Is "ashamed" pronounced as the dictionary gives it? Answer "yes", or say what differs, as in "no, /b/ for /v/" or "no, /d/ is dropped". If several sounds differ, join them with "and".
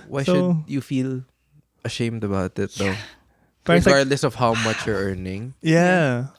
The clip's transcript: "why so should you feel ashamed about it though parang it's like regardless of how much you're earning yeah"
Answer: yes